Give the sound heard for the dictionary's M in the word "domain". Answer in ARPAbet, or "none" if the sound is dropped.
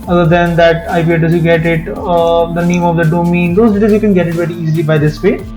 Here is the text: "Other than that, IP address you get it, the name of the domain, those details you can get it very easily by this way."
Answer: M